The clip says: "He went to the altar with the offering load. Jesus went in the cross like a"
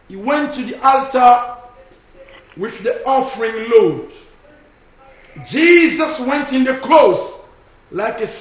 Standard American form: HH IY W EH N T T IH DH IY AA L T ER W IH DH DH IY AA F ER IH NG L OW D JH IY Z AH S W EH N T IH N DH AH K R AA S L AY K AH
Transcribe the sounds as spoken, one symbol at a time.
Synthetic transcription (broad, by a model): HH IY W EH N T T IH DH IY AA L T ER W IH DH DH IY AA F ER IH NG L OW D JH IY Z AH S W EH N T IH N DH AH K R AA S L AY K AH